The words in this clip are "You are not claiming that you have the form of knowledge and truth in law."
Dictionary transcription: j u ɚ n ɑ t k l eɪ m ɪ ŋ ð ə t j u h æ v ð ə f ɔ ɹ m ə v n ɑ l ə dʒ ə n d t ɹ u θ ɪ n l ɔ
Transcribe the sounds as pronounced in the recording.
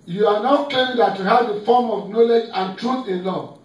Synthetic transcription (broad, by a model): j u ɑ n ɑ t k eɪ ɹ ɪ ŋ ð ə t j u h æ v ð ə f ɔ m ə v n ɑ l ə dʒ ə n t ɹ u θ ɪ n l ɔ